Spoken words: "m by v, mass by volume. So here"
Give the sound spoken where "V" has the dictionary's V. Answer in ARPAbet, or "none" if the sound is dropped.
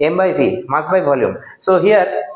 F